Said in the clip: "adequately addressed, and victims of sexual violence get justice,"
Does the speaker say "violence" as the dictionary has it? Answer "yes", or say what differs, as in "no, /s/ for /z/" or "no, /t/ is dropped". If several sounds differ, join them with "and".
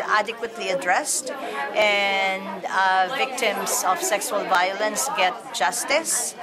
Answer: yes